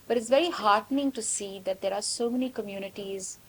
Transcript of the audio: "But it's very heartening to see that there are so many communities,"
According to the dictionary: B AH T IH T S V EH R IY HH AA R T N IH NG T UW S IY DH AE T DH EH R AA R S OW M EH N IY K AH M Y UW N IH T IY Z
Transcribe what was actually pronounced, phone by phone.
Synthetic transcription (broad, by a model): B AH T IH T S V EH R IY HH AA R T N IH NG T UW S IY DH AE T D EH R AA R S OW M EH N IY K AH M Y UW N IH T IY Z